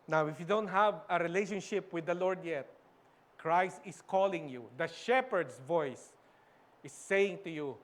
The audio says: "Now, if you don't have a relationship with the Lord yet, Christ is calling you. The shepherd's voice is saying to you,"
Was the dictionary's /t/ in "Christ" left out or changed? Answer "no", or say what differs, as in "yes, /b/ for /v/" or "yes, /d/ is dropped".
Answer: no